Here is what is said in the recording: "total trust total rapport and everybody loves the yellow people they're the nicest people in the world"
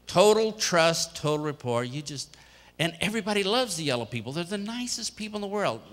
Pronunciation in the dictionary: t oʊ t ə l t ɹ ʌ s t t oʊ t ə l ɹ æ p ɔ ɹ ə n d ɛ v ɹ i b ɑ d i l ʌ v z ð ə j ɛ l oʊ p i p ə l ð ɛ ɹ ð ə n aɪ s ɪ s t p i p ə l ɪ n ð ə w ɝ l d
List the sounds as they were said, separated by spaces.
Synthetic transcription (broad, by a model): t oʊ t l t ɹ ʌ s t t oʊ t l ɹ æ p ɔ ɹ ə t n ɛ v ɹ i b ɑ d i l ʌ v z ð ə j ɛ l oʊ p i p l ð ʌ ɹ ð ə n aɪ s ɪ s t p i p l n ð ə w ɝ l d